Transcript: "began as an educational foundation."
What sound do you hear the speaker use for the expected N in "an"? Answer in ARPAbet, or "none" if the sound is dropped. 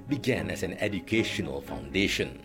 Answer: N